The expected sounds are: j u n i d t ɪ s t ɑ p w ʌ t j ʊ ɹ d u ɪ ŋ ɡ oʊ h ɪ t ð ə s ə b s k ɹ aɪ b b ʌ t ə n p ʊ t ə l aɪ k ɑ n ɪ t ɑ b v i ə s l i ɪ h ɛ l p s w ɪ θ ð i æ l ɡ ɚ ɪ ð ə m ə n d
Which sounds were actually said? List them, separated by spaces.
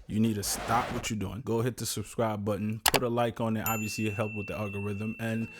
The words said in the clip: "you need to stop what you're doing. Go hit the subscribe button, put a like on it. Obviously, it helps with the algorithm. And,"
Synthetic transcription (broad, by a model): j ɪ n i d t ɪ s t ɑ p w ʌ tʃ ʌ ɹ d u ɪ ŋ ɡ oʊ h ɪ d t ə s ə b s k ɹ aɪ b b ʌ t n p ʊ t ə l aɪ k n ɪ t ɑ b v i ə s l i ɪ h ɛ l p w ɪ ð i æ l ɡ ɚ ɪ ð ə m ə n